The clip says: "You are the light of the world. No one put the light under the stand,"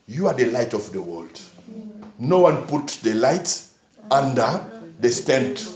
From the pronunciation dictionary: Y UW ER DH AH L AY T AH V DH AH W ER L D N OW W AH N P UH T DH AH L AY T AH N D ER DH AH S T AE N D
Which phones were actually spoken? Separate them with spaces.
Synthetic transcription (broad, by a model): Y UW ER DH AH L AY T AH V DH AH W ER L D N OW W AH N P UH T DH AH L AY T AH N D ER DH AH S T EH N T